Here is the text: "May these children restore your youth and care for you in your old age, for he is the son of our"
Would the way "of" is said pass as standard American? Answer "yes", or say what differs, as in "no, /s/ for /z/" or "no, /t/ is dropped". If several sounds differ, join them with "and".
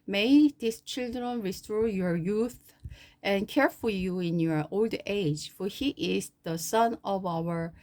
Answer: yes